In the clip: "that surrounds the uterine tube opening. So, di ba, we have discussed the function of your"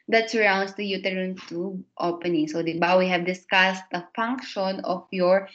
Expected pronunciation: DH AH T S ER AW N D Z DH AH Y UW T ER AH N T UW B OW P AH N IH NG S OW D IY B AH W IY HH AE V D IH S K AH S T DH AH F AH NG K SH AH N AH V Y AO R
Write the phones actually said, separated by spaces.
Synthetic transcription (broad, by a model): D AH T S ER AW N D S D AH Y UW T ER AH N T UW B OW P AH N IH NG S OW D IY B AH W IY HH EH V D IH S K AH S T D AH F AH NG K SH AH N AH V Y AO R